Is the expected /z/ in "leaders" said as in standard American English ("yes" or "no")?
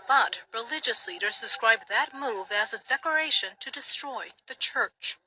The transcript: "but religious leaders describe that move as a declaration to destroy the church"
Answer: yes